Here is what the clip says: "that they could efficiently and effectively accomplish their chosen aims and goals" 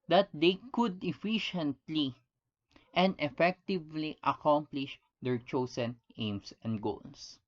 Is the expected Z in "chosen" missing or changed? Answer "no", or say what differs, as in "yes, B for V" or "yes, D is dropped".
yes, S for Z